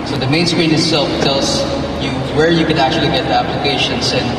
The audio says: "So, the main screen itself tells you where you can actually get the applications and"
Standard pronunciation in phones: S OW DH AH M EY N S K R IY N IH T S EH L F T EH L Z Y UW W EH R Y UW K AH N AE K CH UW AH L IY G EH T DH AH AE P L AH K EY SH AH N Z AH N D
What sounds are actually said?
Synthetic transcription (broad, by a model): S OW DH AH M EY N S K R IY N IH T S EH L F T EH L S Y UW W EH R Y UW K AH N AE K CH UW AH L IY G EH T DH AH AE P L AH K EY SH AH N S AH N